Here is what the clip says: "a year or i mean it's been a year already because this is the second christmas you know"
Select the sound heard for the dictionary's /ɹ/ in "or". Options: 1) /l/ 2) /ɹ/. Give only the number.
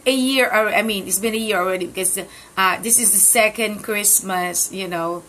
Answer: 1